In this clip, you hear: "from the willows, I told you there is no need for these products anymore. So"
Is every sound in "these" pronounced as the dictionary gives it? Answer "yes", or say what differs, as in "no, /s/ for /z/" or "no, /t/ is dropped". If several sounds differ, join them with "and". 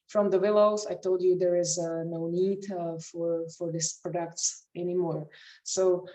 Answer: no, /s/ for /z/